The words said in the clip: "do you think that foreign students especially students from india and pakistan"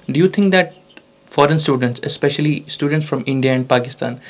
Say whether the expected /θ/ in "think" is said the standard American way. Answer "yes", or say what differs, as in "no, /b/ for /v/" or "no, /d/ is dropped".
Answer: no, /t/ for /θ/